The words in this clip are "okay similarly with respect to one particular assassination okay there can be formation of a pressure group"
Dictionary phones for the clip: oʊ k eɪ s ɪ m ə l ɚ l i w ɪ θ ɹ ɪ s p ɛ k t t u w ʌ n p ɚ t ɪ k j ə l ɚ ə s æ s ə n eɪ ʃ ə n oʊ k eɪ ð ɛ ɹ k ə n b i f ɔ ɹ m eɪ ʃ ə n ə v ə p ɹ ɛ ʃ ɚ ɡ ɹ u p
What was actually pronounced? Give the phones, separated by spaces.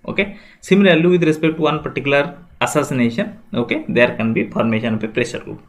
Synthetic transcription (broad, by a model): oʊ k eɪ s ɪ m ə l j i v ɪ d ɹ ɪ s p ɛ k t t u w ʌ n p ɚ t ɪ k j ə l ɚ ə s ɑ s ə n eɪ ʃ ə n oʊ k eɪ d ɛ ɹ k ə n b i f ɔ ɹ m eɪ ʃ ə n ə p ə p ɹ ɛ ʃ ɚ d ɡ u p